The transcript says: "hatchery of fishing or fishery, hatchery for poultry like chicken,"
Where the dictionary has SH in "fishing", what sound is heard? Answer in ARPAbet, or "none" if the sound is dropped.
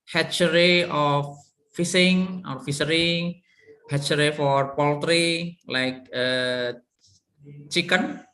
S